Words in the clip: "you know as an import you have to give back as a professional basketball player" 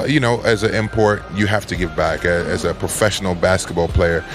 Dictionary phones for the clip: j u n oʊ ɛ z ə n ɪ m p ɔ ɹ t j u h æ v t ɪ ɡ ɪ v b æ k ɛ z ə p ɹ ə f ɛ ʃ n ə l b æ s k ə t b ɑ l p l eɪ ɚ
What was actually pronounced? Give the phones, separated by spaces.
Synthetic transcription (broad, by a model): j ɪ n oʊ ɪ z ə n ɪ m p ɔ ɹ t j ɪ h æ f t ɪ ɡ ɪ v b æ k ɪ z ə p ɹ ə f ɛ ʃ n l b æ s k ə t b ɑ l p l eɪ ɚ